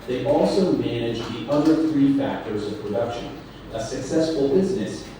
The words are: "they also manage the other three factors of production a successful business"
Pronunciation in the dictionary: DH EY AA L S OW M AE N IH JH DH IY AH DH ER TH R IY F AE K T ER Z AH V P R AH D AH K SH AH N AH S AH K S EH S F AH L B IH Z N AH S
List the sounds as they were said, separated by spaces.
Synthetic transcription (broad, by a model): DH EY AA L S OW M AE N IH JH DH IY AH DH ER TH R IY F AE K T ER Z AH V P R AH D AH K SH AH N AH S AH K S EH S F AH L B IH Z N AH S